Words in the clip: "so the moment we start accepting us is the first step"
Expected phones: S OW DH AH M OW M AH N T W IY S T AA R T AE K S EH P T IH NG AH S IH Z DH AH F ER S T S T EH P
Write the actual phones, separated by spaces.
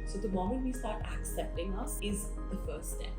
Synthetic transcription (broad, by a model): S OW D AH M OW M AH N T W IY S T AA R T AE K S EH P T IH NG AH S IH Z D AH F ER T S T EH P